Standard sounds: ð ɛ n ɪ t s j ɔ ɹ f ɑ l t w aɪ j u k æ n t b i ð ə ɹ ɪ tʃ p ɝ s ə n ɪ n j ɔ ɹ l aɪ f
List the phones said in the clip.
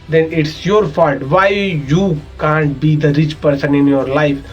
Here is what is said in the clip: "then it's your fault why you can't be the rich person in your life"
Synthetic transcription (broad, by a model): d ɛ n ɪ t s j ɔ ɹ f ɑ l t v aɪ j u k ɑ n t b i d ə ɹ ɪ tʃ p ɝ s ə n ɪ n j ɔ ɹ l aɪ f